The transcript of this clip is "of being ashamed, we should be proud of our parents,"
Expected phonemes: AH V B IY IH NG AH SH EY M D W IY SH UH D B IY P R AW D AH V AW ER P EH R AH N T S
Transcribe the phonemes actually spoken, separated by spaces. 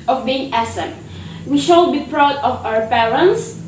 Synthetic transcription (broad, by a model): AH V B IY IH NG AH S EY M W IY SH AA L B IY P R AW D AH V AW ER P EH R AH N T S